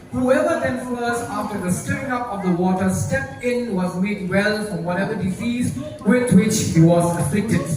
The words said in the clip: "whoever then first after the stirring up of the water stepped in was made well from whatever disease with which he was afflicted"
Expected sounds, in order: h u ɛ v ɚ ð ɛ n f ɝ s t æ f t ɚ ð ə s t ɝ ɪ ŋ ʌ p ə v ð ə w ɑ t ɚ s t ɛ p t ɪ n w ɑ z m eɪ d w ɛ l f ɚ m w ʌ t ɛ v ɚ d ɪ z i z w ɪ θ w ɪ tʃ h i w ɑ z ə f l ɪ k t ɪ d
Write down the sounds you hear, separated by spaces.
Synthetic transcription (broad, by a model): h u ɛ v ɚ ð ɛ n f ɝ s ɑ f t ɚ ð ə s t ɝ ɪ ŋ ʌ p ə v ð ə w ɑ t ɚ s t ɛ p ɪ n w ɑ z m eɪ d w ɛ l f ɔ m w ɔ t ɛ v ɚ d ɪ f i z w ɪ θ w ɪ tʃ h i w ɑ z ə f l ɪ k t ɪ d